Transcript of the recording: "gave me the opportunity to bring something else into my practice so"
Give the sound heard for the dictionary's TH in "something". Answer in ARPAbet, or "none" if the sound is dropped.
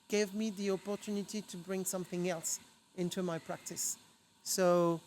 TH